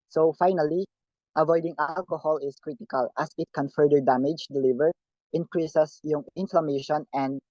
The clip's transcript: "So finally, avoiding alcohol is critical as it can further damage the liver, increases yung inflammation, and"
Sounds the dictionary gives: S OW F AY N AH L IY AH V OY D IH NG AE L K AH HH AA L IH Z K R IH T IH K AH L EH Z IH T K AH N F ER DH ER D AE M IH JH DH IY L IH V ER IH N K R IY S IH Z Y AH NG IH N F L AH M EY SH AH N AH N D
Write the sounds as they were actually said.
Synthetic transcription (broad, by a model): S OW F AY N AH L IY AH V OY D IH NG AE L K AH HH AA L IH S K R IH T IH K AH L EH S IH T K AH N F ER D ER D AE M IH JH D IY L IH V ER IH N K R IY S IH S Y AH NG IH N F L AH M EY SH AH N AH N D